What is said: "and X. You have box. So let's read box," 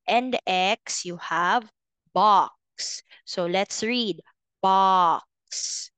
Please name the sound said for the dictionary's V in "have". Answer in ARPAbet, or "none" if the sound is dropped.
V